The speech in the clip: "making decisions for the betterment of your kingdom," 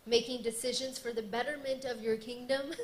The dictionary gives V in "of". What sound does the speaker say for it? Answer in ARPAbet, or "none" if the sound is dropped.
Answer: V